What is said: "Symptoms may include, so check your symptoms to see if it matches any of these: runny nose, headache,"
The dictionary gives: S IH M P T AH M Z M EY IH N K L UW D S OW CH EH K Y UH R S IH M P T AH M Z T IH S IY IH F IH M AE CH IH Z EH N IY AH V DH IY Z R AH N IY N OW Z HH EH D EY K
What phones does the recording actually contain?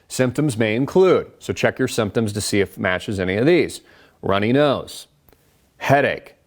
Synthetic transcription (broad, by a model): S IH M P T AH M Z M EY IH N K L UW D S OW CH EH K Y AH R S IH M P T AH M Z T IH S IY IH F M AE CH IH Z EH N IY AH V DH IY Z R AH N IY N OW Z HH EH D EY K